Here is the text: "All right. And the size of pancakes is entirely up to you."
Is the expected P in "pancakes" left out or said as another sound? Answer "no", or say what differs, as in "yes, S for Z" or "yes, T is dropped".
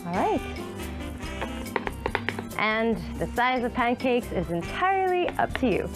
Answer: no